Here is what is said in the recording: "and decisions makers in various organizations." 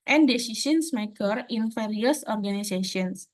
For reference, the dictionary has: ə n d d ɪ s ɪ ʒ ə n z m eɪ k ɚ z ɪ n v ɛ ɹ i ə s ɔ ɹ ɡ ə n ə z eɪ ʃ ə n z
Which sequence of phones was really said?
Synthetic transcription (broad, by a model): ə n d d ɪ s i s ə n s m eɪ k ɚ ɪ n f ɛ ɹ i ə s ɔ ɹ ɡ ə n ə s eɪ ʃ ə n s